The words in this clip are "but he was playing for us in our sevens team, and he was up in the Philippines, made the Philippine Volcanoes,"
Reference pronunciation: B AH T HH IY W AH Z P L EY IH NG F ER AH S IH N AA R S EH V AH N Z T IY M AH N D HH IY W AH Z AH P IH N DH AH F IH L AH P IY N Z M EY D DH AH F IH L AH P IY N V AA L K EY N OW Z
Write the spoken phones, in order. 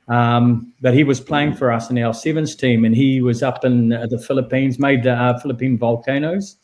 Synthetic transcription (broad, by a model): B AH T HH IY W AH Z P L EY IH NG F ER AH S IH N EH L S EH V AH N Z T IY M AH N IY W AH Z AH P IH N DH AH F IH L AH P IY N Z M EY D DH AH F IH L AH P IY N V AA L K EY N OW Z